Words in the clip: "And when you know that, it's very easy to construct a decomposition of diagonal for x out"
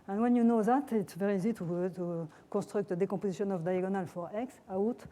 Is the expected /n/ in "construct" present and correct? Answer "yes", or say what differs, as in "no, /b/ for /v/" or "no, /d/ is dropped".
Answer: no, /n/ is dropped